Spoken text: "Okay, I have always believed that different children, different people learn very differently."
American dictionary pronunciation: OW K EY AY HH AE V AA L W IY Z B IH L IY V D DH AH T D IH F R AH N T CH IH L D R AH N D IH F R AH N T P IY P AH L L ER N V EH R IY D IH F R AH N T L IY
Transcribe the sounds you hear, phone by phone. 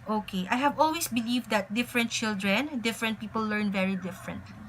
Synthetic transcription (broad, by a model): OW K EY AY HH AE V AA L W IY S B IH L IY V D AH T D IH F R AH N T CH IH L D R AH N D IH F R AH N T P IY P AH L L ER N V EH R IY D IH F R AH N T L IY